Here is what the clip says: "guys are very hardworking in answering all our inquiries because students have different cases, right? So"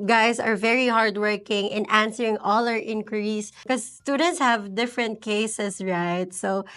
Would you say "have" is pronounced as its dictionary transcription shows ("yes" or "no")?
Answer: yes